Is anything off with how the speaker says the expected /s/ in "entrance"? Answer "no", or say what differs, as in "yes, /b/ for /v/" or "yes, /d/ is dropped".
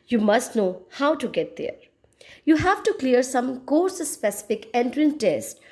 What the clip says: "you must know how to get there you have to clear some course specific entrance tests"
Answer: yes, /s/ is dropped